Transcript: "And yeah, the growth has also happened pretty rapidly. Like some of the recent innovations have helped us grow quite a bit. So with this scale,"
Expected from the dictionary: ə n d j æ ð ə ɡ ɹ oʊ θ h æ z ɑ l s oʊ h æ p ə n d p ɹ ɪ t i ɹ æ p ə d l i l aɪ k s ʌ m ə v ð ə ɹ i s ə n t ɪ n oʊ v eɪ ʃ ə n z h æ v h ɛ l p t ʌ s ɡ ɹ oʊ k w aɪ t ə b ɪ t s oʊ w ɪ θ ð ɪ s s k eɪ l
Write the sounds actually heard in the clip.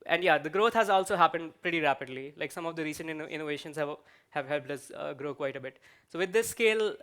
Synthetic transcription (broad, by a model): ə n d j æ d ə ɡ ɹ oʊ t h æ z ɑ l s oʊ h æ p ə n d p ɹ ɪ t i ɹ æ p ə d l i l aɪ k s ʌ m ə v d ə ɹ i s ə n t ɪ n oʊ v eɪ ʃ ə n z h æ v h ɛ l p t ʌ s ɡ ɹ oʊ k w aɪ t ə b ɪ t s oʊ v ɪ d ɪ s s k eɪ l